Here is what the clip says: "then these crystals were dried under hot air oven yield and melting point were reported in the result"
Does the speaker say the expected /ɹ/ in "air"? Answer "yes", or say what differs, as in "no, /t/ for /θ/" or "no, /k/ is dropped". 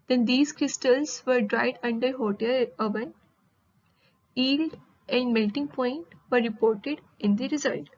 no, /l/ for /ɹ/